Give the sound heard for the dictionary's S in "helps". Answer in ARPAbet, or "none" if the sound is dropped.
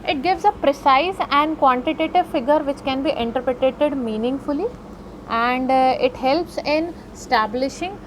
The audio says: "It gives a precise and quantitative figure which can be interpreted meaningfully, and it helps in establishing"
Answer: S